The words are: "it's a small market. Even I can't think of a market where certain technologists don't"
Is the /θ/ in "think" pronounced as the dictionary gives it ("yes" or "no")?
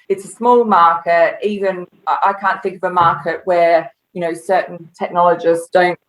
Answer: yes